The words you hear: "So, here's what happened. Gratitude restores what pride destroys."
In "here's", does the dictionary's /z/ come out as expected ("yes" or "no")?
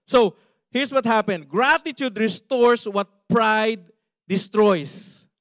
no